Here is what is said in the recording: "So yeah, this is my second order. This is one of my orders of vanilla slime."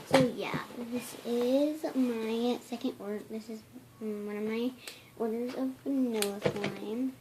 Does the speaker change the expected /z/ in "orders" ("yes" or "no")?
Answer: yes